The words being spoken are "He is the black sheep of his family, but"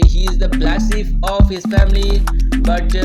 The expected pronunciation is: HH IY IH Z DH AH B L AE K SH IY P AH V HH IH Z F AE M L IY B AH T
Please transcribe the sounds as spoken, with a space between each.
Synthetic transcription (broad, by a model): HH IY IH Z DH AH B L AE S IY F AH V HH IH Z F AE M L IY B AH T